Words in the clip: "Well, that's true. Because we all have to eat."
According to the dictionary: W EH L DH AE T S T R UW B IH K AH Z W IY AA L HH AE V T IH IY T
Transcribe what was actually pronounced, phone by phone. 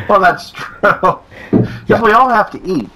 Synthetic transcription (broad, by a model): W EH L DH AE T S T R UW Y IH W IY AA L HH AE F T IH IY T